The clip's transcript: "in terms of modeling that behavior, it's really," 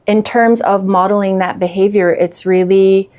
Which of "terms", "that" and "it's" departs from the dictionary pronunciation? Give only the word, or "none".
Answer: none